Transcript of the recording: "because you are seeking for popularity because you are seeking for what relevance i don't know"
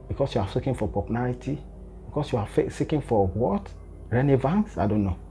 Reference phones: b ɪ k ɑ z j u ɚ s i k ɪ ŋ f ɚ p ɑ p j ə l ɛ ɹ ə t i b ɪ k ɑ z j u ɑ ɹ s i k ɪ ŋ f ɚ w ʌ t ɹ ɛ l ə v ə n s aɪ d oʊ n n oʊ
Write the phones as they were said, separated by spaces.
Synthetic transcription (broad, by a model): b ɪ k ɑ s j u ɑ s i k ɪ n f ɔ p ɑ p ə n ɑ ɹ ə t i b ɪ k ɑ s j u ɑ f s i k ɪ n f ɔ w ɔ t ɹ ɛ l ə v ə n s aɪ d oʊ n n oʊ